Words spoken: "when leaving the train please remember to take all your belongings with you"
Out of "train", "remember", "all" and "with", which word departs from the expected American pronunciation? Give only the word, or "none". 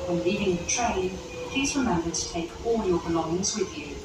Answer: remember